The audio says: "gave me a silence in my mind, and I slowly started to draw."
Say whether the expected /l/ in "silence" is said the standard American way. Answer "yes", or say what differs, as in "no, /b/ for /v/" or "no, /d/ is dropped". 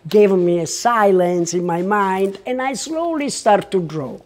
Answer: yes